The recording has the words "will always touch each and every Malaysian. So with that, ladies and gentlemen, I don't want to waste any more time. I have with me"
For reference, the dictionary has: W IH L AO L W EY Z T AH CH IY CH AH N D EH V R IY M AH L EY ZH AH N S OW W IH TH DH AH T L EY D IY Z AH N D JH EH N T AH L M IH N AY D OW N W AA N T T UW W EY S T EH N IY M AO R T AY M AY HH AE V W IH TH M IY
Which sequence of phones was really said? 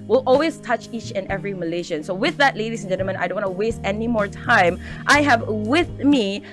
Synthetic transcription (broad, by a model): W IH L AO L W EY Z T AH CH IY CH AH N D EH V R IY M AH L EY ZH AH N S OW W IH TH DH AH T L EY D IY S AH N JH EH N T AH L M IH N AY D OW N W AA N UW W EY S T EH N IY M AO R T AY M AY HH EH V W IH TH M IY